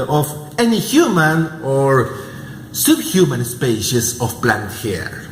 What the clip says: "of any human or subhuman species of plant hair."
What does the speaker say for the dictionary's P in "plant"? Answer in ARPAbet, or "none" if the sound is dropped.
B